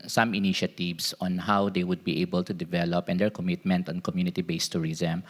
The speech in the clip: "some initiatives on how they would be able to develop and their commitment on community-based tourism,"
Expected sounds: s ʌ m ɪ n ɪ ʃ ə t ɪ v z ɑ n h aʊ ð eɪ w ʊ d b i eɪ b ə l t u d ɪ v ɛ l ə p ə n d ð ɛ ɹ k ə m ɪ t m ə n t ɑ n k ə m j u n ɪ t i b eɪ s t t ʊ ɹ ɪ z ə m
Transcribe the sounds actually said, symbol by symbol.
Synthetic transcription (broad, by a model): s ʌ m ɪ n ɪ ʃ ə t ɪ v s ɑ n h aʊ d eɪ w ʊ d b i eɪ b ə l t u d ɪ v ɛ l ə p ə n d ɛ ɹ k ə m ɪ t m ə n t ɑ n k ə m j u n ɪ t i b eɪ s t t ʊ ɹ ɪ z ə m